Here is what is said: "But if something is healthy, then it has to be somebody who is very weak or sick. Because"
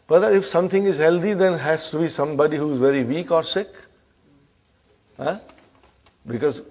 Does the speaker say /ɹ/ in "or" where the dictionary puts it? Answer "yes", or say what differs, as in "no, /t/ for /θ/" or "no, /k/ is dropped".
yes